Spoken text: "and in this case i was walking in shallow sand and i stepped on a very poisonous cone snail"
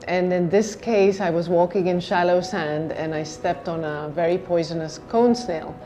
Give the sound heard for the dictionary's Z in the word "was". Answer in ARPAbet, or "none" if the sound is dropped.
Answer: Z